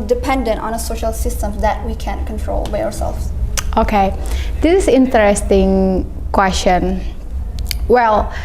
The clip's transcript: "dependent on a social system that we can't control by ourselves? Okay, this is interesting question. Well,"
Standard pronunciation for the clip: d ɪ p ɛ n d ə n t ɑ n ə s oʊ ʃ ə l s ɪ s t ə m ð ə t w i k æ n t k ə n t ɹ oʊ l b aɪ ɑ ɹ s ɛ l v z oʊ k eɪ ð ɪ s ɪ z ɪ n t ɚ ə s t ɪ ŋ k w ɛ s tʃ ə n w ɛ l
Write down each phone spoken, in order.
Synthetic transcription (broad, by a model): d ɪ p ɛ n d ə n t ɑ n ə s oʊ ʃ ə l s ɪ s t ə m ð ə t w i k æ n k ə n t ɹ oʊ l b aɪ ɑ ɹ s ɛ l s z oʊ k eɪ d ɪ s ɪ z ɪ n t ɚ ə s t ɪ ŋ k w ɛ s tʃ ə n w ɛ l